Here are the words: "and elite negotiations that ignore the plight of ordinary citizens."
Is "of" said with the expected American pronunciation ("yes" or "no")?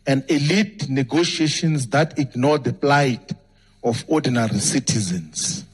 no